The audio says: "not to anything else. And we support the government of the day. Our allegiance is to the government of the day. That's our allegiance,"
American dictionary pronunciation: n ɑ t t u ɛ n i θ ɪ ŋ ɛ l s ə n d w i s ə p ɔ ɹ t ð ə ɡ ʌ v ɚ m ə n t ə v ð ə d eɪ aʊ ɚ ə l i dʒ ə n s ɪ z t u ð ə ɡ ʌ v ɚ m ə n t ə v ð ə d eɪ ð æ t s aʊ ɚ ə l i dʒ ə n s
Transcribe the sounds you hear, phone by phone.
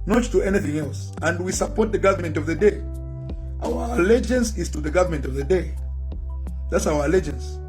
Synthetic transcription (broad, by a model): n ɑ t t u ɛ n i θ ɪ ŋ ɛ l s ə n d w i s ə p ɔ ɹ t ð ə ɡ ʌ v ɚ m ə n t ə v ð ə d eɪ aʊ ɚ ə l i dʒ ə n s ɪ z t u ð ə ɡ ʌ v ɚ m ə n t ə v ð ə d eɪ ð æ t s aʊ ɚ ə l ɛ dʒ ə n s